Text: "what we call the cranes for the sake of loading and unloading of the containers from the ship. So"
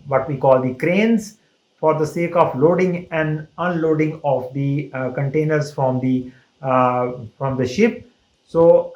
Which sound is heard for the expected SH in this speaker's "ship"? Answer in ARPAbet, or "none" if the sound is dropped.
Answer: SH